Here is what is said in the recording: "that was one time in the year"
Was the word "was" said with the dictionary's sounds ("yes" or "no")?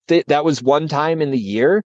yes